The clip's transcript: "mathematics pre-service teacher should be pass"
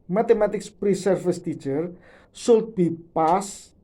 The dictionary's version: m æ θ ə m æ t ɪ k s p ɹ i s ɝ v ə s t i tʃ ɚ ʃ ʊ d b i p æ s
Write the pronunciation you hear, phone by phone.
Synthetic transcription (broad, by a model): m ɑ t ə m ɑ t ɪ k s p ɹ i s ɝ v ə s t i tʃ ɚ s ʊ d b i p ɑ s